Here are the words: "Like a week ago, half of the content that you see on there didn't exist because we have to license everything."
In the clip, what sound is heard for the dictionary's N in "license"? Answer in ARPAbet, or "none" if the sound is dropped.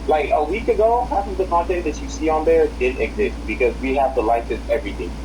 none